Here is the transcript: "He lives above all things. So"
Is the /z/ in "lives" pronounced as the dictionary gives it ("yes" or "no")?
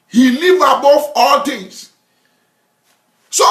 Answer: no